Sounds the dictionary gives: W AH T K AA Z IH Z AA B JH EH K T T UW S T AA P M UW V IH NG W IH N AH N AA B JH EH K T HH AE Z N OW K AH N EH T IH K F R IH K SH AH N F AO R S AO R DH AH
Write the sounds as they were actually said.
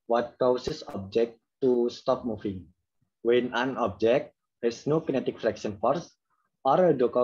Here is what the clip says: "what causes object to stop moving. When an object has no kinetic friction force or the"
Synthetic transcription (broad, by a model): W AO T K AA S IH S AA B JH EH K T T UW S T AA P M UW F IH NG W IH N AH N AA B JH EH K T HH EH S N OW K AH N EH T IH K F R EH K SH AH N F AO R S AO R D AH